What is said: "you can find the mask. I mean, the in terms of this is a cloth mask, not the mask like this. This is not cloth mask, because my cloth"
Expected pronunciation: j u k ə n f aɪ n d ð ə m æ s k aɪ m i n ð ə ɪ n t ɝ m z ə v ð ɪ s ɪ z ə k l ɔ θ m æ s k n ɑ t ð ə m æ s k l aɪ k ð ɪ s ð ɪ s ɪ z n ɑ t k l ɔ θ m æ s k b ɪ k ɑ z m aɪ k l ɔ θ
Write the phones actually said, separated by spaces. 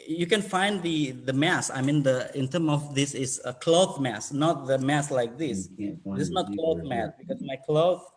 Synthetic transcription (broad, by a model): j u k ə n f aɪ n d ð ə m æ s aɪ m i n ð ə ɪ n t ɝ m ə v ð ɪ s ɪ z ə k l ɔ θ m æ s n ɑ t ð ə m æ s l aɪ k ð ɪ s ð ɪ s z n ɑ t k l ɔ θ m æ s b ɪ k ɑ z m aɪ k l ɔ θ